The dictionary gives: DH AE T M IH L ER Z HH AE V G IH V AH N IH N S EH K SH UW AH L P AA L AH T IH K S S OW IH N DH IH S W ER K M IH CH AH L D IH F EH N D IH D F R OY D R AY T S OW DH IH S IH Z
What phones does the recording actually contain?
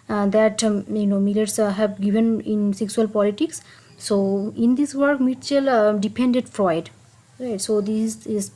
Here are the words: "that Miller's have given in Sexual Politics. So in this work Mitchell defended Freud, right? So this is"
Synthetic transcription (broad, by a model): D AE T M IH L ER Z HH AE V G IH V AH N IH N S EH K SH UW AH L P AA L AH T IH K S S OW IH N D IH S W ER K M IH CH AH L D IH P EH N D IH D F R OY D R AY T S OW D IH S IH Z